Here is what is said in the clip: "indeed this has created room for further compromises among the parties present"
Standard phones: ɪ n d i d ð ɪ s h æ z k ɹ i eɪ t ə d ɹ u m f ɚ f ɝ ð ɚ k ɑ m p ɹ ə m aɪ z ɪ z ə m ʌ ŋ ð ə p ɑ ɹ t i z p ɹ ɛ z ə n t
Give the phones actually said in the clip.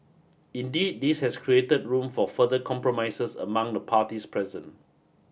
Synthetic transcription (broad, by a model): ɪ n d i d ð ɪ s h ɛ s k ɹ i eɪ t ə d ɹ u m f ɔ f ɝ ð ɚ k ɑ m p ɹ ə m aɪ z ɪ s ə m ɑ ŋ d ə p ɑ t i s p ɹ ɛ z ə n